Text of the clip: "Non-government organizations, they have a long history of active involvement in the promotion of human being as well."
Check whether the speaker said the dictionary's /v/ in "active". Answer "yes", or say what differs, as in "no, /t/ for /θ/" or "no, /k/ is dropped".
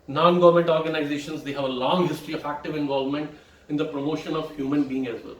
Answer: yes